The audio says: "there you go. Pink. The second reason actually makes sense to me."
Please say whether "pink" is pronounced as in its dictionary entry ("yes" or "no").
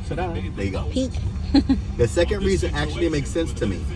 no